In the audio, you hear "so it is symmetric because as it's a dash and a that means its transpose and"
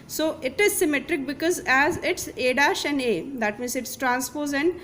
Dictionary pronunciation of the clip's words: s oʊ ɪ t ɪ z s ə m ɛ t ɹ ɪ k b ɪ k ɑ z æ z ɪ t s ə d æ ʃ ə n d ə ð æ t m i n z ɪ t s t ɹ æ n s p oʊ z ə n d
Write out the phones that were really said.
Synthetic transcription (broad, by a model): s oʊ ɪ t ɪ z s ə m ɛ t ɹ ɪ k b ɪ k ɑ z æ z ɪ t s ə d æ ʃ ə n d ə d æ t m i n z ɪ t s t ɹ æ n s p oʊ z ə n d